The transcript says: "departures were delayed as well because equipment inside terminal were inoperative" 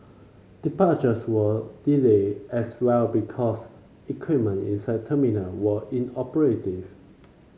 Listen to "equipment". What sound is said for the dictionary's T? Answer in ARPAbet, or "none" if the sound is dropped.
none